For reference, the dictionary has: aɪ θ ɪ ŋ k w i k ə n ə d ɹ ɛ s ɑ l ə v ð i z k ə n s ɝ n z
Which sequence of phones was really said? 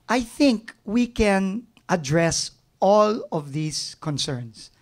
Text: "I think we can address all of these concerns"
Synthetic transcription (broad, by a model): aɪ θ ɪ ŋ k w i k ə n ə d ɹ ɛ s ɑ l ə v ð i s k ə n s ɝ n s